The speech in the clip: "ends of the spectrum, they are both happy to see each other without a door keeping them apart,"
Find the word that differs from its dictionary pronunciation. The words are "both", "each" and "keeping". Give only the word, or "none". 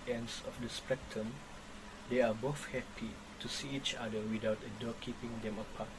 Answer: both